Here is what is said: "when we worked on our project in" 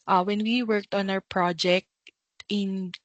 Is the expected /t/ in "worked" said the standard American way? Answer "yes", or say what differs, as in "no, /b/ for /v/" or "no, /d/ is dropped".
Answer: yes